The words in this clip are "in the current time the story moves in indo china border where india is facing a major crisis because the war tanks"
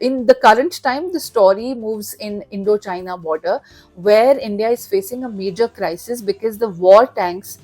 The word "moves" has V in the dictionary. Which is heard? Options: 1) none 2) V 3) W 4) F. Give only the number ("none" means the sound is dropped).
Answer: 2